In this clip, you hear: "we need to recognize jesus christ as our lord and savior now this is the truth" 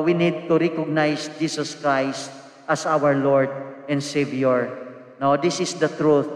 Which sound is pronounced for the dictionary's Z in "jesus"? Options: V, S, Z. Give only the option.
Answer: S